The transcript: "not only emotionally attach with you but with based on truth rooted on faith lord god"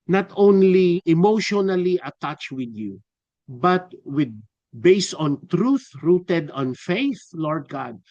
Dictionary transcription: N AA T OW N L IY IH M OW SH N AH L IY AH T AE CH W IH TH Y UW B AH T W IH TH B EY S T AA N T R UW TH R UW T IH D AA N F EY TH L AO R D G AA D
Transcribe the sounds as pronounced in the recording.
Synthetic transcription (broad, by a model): N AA T OW N L IY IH M OW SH N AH L IY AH T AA CH W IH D Y UW B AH T W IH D B EY S T AA N T R UW TH R UW T IH D AA N F EY TH L AO R D G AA D